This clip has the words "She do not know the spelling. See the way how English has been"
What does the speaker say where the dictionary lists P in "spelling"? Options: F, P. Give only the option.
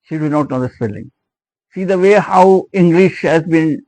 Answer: F